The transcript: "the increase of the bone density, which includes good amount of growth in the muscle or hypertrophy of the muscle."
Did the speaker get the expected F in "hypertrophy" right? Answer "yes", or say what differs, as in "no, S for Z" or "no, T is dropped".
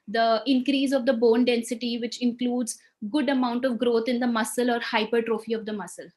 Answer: yes